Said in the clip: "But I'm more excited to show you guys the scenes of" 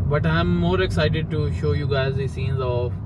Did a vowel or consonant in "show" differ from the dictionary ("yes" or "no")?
no